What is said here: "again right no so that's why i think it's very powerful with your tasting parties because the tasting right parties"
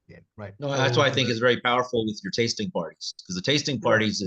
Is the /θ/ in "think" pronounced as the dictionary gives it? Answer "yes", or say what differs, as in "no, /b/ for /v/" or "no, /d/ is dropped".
yes